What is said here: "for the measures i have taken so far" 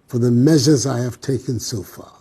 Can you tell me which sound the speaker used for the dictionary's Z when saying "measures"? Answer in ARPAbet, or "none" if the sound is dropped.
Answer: Z